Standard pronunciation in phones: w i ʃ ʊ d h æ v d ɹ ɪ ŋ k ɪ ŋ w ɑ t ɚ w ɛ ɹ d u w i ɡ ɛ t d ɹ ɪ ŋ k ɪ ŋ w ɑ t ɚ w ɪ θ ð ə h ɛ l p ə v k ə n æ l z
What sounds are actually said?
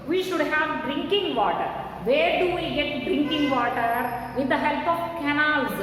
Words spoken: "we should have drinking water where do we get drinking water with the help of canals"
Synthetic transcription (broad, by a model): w i ʃ ʊ d h æ v d ɹ ɪ ŋ k ɪ ŋ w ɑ t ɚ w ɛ ɹ d u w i ɡ ɛ t d ɹ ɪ ŋ k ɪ ŋ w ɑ t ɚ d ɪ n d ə h ɛ l p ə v k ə n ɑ l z